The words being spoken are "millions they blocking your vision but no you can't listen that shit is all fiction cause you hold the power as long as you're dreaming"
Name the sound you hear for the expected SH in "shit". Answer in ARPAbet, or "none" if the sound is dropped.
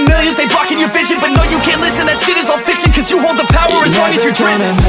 S